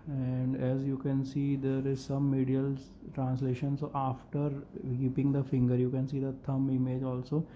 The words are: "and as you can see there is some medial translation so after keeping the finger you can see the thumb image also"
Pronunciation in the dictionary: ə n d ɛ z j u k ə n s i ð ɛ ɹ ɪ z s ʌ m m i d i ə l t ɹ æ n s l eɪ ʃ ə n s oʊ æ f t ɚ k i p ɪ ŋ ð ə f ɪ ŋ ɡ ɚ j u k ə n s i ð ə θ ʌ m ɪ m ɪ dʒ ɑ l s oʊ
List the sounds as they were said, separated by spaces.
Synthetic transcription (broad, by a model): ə n d ɛ z j u k ə n s i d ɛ ɹ ɪ z s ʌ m m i d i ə l t ɹ æ n s l eɪ ʃ ə n s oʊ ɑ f t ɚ k i p ɪ ŋ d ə f ɪ ŋ ɡ ɚ j u k ə n s i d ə t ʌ m ɪ m ɪ dʒ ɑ l s oʊ